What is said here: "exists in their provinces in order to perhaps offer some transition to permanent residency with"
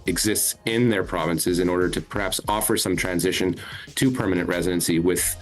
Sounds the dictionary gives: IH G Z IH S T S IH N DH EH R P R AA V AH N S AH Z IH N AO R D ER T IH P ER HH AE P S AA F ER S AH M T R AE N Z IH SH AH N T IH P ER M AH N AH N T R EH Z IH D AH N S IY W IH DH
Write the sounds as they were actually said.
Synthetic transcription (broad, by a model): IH G Z IH S T S IH N DH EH R P R AA V AH N S AH Z IH N AO R D ER T IH P ER HH AE P S AA F ER S AH M T R AE N Z IH SH AH N T IH P ER M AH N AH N T R EH Z IH D AH N S IY W IH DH